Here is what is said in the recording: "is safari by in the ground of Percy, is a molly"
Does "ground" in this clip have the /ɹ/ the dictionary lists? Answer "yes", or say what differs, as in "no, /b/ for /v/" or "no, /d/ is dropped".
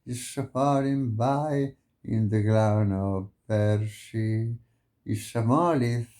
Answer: no, /l/ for /ɹ/